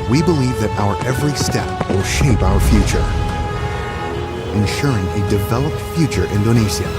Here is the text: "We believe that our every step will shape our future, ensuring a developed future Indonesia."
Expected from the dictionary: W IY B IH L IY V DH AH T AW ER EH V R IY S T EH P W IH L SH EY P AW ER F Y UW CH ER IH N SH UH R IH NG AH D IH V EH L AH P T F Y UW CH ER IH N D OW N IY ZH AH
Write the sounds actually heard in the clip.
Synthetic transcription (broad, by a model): W IY B IH L IY V DH AH T AW ER EH V R IY S T EH P W IH L SH EY P AW ER F Y UW CH ER IH N SH UH R IH NG AH D IH V EH L AH P T F Y UW CH ER IH N D OW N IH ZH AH